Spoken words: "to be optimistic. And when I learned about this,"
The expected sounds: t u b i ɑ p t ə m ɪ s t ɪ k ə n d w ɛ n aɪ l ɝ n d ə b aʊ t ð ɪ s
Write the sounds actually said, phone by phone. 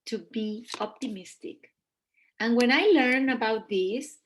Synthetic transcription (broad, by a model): t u b i ɑ p t ə m ɪ s t ɪ k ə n w ɛ n aɪ l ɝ n ə b aʊ t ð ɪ s